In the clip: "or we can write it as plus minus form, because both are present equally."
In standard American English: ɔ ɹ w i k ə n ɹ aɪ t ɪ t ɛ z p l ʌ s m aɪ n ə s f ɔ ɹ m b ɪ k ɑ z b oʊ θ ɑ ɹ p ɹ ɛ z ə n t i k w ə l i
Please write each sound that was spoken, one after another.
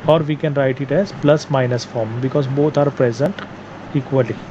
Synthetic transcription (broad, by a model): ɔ ɹ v i k ə n ɹ aɪ t ɪ t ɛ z p l ʌ s m aɪ n ə s f ɔ ɹ m b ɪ k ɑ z b oʊ t ɑ ɹ p ɹ ɛ z ə n t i k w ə l i